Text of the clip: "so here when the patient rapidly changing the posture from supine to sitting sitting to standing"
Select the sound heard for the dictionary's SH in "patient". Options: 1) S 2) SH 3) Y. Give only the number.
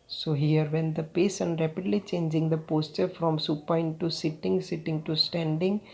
1